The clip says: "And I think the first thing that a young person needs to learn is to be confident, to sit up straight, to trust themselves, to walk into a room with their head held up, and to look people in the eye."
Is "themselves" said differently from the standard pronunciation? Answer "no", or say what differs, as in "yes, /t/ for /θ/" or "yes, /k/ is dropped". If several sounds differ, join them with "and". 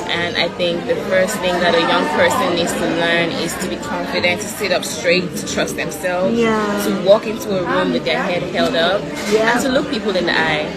no